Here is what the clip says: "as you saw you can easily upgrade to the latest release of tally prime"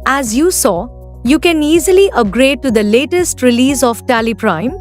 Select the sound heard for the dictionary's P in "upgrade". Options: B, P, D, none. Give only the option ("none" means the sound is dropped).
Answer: none